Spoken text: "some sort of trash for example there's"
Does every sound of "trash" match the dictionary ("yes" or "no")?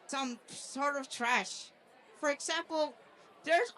yes